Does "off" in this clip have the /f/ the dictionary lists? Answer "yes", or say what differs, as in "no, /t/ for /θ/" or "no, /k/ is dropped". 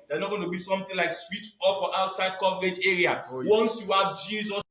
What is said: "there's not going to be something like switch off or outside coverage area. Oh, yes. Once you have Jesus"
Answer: no, /p/ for /f/